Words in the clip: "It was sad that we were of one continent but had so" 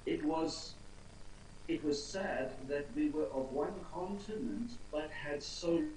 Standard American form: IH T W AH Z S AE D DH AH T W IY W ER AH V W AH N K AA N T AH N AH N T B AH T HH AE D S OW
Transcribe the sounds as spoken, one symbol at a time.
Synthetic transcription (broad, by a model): IH T W AH Z S AE D DH AH T W IY W ER AH V W AH N K AA N T AH N AH N T B AH T HH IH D S OW